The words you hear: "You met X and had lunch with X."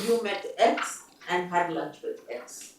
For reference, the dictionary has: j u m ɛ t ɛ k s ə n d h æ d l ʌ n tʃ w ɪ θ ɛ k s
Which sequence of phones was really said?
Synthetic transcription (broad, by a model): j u m ɛ t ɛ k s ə n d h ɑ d l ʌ tʃ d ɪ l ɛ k s